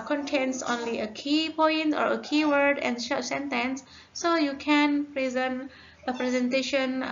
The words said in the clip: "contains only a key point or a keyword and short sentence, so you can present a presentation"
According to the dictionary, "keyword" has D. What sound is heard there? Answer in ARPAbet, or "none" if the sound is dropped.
D